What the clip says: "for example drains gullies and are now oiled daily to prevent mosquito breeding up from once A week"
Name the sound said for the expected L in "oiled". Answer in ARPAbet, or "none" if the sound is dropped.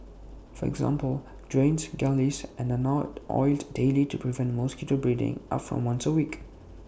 L